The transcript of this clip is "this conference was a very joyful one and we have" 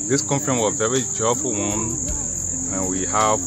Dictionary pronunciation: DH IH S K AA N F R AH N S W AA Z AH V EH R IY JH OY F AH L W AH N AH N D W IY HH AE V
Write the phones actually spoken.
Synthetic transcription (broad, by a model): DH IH S K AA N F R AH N W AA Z AH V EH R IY JH OY F AH L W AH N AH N W IY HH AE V